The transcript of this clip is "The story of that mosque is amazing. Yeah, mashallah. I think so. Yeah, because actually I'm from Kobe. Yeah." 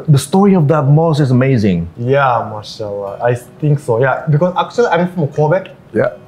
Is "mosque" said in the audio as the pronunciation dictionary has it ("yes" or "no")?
no